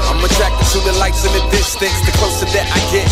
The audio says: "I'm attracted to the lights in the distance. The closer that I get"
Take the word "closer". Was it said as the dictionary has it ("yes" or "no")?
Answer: no